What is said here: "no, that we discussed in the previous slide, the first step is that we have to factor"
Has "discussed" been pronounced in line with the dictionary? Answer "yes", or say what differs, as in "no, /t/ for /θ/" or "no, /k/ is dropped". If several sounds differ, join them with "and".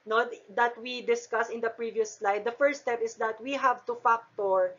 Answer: no, /t/ is dropped